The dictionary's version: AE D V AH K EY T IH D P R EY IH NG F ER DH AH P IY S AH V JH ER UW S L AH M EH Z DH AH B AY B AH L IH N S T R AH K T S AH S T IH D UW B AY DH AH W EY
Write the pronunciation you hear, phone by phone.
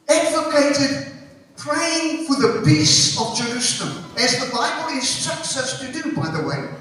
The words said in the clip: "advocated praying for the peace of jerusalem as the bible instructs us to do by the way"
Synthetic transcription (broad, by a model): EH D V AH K EY T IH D P R EY IH NG F ER DH AH B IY S AH V JH ER UW S L AH M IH Z DH AH B AY B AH L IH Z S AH K S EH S T IH D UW B AY DH AH W EY